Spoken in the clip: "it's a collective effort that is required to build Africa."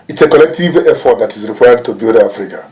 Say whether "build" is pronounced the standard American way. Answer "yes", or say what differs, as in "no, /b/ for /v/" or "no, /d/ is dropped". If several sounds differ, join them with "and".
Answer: no, /l/ is dropped